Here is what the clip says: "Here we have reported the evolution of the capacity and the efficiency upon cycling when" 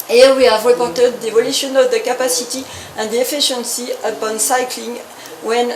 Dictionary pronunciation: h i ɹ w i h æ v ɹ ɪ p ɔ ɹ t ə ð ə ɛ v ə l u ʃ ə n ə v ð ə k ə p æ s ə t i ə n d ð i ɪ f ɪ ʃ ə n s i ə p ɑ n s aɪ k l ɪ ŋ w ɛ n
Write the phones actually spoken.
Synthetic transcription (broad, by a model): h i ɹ w i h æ v ɹ ɪ p ɔ ɹ t ə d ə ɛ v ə l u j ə n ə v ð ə k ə p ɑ s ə t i ə n d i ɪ f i ʃ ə n s i ə p ɑ n s aɪ k l ɪ ŋ w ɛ n